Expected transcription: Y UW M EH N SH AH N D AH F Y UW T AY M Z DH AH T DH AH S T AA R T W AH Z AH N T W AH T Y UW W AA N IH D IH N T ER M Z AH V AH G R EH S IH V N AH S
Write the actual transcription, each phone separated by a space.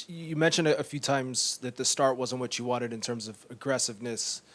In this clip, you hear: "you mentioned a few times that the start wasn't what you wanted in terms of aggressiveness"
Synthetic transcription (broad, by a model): Y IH M EH N SH AH N D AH F Y UW T AY M Z DH AH T DH AH S T AA R T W AH Z N W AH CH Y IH W AA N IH D IH N T ER M Z AH V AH G R EH S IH V N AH S